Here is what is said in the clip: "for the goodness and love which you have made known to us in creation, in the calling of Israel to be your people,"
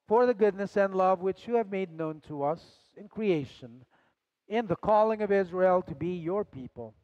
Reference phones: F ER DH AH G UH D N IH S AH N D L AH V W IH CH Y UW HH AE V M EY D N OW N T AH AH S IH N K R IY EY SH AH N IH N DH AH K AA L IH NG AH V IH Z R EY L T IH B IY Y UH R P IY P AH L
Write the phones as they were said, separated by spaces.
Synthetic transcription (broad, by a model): F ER DH AH G UH D N IH S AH N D L AH V W IH CH Y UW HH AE V M EY D N OW N T AH AH S IH N K R IY EY SH AH N IH N DH AH K AA L IH NG AH V IH Z R EY L T IH B IY Y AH R P IY P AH L